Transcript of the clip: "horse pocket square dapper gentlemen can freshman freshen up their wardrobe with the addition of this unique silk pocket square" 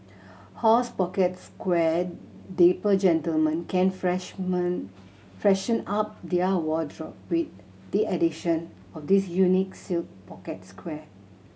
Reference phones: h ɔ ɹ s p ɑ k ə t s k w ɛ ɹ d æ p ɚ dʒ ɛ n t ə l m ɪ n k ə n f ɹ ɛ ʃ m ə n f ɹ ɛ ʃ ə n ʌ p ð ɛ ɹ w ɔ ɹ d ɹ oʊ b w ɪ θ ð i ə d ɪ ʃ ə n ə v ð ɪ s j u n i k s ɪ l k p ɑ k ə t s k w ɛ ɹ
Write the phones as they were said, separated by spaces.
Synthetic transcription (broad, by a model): h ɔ s p ɑ k ə t s k w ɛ d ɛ p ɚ dʒ ɛ n t ə l m ɪ n k ə n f ɹ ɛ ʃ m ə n f ɹ ɛ ʃ ə n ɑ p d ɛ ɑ w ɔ d ɹ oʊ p w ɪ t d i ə d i ʃ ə n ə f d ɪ s j u n i k s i l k p ɑ k ə t s k w ɛ